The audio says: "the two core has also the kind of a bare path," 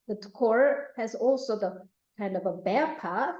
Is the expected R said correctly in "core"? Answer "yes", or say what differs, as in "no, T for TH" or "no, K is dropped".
yes